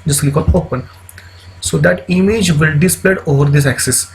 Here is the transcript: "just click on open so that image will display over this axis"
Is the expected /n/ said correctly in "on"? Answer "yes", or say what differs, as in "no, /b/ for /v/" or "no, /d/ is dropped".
no, /l/ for /n/